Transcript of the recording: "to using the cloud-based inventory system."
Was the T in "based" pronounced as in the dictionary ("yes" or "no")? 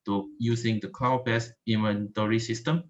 no